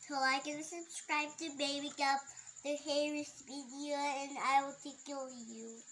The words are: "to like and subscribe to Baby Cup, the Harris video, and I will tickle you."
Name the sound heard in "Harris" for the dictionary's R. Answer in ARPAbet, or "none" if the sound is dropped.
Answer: R